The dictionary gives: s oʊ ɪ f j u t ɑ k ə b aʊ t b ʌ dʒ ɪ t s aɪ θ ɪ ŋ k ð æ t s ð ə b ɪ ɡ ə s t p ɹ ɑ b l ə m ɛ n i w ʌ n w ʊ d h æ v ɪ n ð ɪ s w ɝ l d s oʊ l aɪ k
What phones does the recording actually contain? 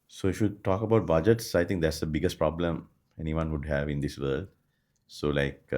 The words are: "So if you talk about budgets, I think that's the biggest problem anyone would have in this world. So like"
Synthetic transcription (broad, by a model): s oʊ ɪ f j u t ɑ k ə b aʊ t b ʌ dʒ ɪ t s aɪ t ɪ ŋ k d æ t s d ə b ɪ ɡ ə s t p ɹ ɑ b l ə m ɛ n i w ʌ n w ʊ d h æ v ɪ n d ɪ s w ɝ l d s oʊ l aɪ k